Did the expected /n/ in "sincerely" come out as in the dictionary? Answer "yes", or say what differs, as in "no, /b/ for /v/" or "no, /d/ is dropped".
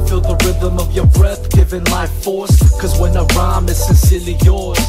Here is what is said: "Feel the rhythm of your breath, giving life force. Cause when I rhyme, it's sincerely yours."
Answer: yes